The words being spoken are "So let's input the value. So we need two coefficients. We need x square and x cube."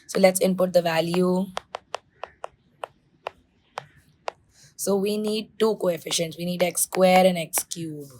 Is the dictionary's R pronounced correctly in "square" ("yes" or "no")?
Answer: yes